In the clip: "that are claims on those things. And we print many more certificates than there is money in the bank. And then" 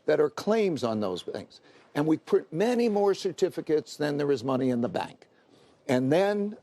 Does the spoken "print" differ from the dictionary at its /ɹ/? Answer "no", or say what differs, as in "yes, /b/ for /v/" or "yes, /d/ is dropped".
yes, /ɹ/ is dropped